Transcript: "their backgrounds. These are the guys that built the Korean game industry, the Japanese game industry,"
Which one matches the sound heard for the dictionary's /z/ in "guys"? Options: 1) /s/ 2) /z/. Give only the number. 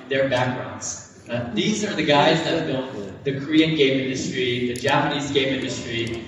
2